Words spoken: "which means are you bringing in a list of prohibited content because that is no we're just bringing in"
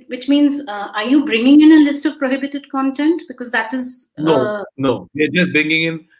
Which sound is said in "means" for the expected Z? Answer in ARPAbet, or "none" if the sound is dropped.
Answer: Z